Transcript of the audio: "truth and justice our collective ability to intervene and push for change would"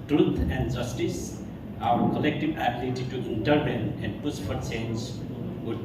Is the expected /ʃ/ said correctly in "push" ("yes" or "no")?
no